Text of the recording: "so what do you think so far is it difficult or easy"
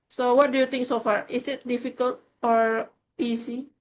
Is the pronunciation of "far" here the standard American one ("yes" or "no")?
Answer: yes